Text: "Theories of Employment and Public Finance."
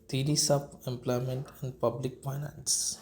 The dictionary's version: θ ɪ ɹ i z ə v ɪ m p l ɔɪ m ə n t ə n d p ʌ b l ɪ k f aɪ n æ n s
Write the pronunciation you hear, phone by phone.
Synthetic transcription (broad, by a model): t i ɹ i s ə b ɪ m p l ɔɪ m ə n t ə n d p ʌ b l ɪ k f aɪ n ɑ n s